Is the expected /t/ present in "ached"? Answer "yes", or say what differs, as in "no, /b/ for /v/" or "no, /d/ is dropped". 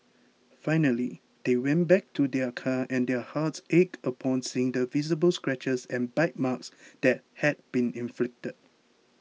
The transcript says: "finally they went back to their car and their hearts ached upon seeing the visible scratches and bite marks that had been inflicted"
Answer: no, /t/ is dropped